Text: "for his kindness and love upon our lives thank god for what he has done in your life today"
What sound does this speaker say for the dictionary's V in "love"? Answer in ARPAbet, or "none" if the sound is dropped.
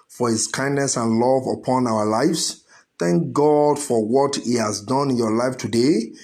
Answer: V